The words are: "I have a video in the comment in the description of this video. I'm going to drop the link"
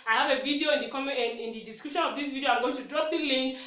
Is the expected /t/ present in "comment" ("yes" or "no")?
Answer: no